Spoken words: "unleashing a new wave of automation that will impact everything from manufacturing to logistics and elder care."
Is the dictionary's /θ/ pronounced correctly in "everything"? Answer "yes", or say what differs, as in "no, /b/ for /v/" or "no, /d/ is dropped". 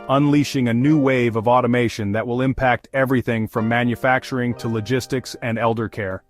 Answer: yes